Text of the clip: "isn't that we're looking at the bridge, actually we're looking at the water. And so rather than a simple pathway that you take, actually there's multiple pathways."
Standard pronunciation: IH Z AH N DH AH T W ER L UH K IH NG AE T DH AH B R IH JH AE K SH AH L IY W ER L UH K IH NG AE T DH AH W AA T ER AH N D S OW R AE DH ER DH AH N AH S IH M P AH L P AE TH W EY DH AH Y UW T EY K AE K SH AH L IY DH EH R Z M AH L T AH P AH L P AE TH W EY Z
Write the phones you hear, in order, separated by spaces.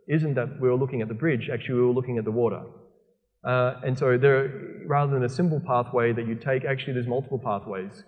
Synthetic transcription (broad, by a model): IH Z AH N DH AH T W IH L UH K IH NG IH T DH AH B R IH JH AE K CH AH L IY W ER L UH K IH NG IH T DH AH W AA T ER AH N S OW R AE DH ER DH AH N AH S IH M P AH L P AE TH W EY DH AH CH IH T EY K AE K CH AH L IY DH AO Z M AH L T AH P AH L P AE TH W EY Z